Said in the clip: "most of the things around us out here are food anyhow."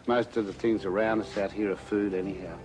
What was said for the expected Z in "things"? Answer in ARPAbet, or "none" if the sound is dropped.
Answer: Z